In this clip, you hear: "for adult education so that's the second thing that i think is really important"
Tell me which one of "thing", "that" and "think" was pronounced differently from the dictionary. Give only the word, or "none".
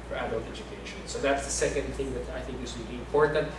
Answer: none